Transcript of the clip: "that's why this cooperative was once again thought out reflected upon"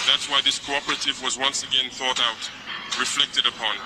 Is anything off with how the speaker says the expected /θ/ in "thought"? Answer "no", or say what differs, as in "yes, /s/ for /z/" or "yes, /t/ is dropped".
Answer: no